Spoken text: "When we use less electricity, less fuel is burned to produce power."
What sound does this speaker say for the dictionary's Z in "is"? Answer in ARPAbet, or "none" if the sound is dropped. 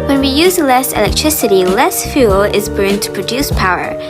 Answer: Z